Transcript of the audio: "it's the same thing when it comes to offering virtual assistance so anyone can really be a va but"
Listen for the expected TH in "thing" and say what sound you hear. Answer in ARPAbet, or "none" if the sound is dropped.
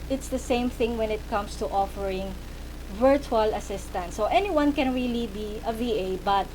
TH